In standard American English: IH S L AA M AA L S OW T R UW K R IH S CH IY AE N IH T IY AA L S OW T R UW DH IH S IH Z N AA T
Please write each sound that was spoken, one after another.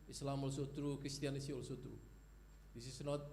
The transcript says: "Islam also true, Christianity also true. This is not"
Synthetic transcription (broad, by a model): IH S L AA M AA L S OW T R UW K R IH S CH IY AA N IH S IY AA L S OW T R UW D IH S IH S N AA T